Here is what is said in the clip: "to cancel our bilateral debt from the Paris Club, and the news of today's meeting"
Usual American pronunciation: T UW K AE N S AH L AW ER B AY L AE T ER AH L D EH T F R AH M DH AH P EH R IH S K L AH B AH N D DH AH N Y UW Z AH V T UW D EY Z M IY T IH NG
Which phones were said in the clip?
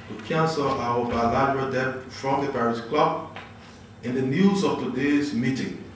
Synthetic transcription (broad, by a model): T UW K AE N S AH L AW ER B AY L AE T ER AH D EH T F R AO M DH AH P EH R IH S K L AH B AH N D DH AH N Y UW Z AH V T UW D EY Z M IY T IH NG